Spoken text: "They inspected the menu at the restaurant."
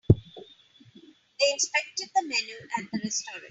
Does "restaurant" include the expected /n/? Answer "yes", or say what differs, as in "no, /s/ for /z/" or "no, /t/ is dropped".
no, /n/ is dropped